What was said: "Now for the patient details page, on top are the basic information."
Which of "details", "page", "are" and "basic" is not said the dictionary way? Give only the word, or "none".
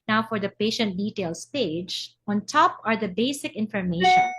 details